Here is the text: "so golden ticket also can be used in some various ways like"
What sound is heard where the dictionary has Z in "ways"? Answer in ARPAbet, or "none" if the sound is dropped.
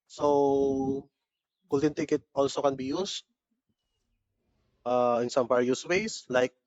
S